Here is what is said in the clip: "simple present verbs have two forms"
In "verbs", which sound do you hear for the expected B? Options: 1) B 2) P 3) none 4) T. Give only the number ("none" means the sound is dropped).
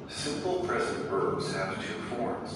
3